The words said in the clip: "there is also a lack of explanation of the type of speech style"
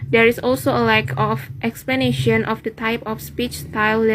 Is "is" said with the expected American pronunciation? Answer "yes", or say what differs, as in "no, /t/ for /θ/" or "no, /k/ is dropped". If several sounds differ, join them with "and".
no, /s/ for /z/